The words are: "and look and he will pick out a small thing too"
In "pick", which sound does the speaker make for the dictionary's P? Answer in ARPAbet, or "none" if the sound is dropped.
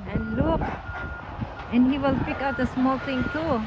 P